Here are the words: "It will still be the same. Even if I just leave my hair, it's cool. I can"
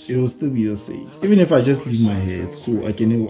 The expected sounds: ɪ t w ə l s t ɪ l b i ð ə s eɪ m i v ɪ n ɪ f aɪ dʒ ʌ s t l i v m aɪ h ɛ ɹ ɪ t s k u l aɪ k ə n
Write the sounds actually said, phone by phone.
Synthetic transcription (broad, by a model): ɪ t w ə l s t ɪ l b i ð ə s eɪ i v ɪ n ɪ f aɪ dʒ ʌ s t l i v m aɪ h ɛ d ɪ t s k u l aɪ k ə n